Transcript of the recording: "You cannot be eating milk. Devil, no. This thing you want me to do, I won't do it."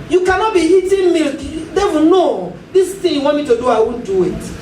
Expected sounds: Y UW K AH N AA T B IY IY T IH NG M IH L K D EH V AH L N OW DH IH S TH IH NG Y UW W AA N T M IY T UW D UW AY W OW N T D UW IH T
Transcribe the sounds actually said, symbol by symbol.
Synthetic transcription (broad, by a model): Y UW K AH N AA T B IY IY T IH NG M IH L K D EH W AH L N OW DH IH S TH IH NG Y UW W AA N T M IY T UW D UW AY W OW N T D UW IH T